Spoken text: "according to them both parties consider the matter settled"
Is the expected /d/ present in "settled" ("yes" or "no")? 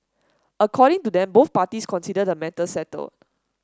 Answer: no